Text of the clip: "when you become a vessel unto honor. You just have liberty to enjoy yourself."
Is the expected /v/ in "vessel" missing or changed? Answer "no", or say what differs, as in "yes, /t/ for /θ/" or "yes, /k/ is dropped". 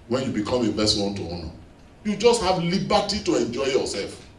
yes, /b/ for /v/